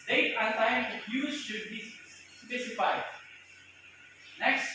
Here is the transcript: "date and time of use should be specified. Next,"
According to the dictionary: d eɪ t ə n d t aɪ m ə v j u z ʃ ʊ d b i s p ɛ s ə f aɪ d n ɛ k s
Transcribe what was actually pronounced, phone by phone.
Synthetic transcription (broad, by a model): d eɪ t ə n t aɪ ə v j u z ʃ ʊ d b i s p ɛ s ə f aɪ d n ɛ k s